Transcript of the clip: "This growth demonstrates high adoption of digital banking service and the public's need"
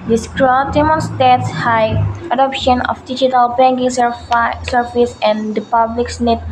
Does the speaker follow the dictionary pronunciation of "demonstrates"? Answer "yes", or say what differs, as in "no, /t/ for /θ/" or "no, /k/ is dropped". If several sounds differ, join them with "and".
no, /ɹ/ is dropped